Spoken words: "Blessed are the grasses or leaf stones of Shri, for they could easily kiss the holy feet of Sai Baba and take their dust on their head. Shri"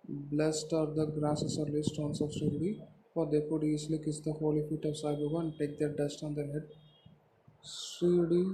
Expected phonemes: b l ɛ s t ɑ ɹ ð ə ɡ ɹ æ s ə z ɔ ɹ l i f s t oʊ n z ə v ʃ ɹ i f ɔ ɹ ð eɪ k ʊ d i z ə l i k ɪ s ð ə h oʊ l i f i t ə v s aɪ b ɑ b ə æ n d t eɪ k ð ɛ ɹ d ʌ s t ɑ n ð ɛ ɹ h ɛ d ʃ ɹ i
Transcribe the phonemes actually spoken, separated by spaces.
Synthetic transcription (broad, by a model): b l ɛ s t ɑ ɹ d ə ɡ ɹ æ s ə s ɔ ɹ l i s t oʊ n s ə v s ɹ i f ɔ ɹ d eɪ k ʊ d i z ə l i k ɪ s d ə h oʊ l i f i t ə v s aɪ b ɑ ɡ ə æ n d t eɪ k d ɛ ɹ d ʌ s t ɑ n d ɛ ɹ h ɛ d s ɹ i